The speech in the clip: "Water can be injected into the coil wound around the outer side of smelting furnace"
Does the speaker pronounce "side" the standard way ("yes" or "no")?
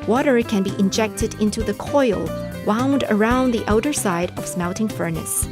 yes